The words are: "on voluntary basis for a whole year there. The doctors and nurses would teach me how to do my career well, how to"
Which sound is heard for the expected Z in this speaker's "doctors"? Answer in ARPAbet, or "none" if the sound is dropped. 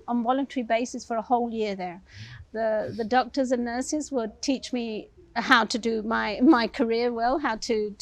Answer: Z